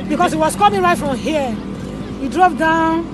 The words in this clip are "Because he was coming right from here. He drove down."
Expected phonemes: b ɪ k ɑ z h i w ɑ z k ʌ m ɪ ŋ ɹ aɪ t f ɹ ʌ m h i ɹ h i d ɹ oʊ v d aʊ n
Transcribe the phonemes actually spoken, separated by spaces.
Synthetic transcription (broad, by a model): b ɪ k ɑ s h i w ɑ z k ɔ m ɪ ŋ ɹ aɪ t f ɹ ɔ m h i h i d ɹ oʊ p d aʊ n